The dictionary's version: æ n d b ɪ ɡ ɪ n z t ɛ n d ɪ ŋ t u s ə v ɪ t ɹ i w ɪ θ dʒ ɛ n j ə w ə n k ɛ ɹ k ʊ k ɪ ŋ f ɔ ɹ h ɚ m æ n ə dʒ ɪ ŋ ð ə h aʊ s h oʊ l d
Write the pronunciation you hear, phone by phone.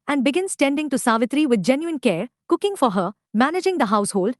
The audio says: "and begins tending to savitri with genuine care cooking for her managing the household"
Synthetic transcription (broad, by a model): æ n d b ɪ ɡ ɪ n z t ɛ n d ɪ ŋ t u s ə v ɪ t ɹ i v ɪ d dʒ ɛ n j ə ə n k ɛ ɹ k ʊ k ɪ ŋ f ɔ ɹ h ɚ m æ n ə dʒ ɪ ŋ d ə h aʊ s h oʊ l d